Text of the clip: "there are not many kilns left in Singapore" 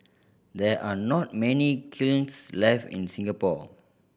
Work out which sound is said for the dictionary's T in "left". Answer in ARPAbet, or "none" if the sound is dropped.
none